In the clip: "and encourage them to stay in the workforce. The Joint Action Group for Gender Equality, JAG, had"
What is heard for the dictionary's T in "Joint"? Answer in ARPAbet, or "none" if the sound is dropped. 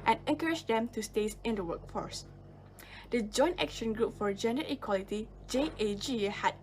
T